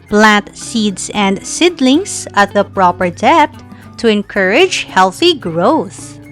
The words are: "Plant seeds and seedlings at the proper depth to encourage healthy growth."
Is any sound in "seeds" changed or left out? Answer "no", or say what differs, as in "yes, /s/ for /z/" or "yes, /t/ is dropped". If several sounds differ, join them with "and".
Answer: yes, /s/ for /z/